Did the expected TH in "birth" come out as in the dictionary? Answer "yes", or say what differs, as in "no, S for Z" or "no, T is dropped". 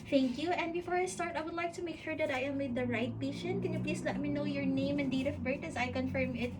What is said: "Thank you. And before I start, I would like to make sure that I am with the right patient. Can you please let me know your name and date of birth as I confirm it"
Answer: no, T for TH